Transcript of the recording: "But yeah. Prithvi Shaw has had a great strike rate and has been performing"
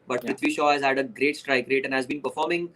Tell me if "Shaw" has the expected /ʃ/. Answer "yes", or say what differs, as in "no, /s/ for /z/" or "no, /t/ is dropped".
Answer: yes